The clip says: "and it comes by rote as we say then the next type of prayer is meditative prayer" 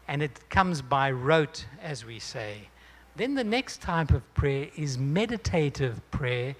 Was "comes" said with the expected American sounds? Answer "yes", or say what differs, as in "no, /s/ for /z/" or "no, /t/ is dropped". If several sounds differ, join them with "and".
yes